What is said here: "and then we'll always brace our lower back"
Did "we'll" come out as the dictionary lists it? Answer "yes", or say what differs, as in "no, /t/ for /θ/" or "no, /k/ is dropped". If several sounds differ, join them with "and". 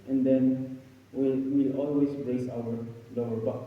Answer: no, /w/ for /l/